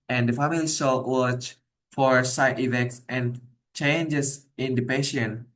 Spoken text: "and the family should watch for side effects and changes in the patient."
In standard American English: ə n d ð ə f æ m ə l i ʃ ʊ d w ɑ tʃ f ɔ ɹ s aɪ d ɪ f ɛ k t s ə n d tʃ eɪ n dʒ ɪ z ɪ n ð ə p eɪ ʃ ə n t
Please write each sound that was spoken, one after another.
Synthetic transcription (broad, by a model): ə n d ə f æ m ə l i s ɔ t w ɑ tʃ f ɔ ɹ s aɪ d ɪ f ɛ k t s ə n tʃ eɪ n dʒ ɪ s ɪ n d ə p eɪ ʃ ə n